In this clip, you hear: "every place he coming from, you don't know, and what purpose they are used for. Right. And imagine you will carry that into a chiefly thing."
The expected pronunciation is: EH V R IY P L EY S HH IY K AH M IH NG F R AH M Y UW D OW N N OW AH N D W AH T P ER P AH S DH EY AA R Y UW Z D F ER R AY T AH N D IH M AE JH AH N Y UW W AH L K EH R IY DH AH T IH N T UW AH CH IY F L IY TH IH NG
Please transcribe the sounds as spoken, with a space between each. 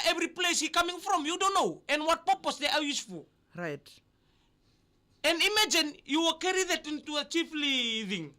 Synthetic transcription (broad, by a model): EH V R IY P L EY S HH IY K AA M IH NG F R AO M Y UW D OW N N OW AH N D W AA T P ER P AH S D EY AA W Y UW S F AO R AY T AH N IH M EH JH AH N Y UW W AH K EH R IY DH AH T IH N T UW AH CH IY F L IY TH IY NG